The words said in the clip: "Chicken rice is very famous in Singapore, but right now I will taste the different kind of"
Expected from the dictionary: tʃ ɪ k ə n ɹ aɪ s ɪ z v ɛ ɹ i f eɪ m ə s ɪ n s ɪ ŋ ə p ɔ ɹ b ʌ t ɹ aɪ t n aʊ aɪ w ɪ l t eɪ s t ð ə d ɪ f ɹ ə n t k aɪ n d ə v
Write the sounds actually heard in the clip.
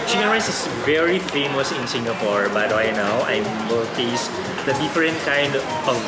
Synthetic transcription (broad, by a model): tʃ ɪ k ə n ɹ aɪ s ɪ s v ɛ ɹ i f eɪ m ə s ɪ n s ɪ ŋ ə p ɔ ɹ b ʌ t w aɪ n aʊ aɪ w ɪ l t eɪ s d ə d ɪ f ɹ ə n t k aɪ n d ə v